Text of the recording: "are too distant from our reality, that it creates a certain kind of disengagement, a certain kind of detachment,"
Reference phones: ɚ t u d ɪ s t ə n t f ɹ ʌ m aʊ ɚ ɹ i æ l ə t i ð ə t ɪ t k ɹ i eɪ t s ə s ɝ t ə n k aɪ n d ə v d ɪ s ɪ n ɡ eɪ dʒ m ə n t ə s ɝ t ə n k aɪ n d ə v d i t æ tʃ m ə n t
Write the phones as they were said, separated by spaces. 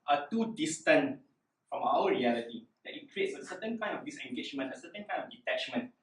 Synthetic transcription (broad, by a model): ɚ t u d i s t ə n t f ɹ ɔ m aʊ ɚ ɹ i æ l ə t i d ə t ɪ t k ɹ i eɪ t s ə s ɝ t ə n k aɪ n d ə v d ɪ s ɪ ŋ ɡ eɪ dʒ m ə n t ə s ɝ t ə n k aɪ n d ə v d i t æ tʃ m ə n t